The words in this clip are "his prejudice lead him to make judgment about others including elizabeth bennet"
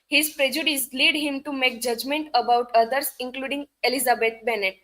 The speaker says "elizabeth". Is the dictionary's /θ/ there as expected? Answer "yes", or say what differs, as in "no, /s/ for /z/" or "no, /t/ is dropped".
no, /t/ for /θ/